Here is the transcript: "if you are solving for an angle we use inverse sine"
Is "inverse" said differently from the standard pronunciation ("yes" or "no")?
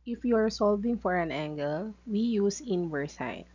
yes